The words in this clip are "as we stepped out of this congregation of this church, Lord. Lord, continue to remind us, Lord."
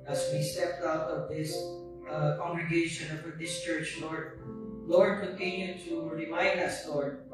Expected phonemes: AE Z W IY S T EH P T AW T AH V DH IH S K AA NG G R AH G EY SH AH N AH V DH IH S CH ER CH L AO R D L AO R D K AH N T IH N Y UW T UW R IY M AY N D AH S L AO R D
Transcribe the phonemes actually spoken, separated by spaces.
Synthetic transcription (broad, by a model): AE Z W IY S T EH P T AW T AH V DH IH S K AA NG G R AH G EY SH AH N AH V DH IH S CH ER CH L AO R D L AO R D K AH N T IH N Y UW T UW R IY M AY N D AH S L AO R D